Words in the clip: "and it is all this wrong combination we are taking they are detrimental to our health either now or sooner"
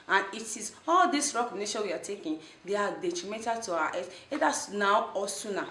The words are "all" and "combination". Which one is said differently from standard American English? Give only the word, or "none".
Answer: combination